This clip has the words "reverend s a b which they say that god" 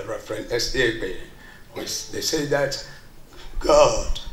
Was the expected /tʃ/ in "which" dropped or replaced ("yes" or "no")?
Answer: yes